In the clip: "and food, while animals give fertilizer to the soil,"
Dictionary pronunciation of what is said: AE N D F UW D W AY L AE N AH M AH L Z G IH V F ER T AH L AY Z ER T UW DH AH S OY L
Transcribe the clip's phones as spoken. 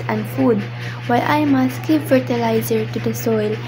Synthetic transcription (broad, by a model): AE N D F UW D W AY L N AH M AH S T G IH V F ER T AH L AY Z ER T UW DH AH S OY L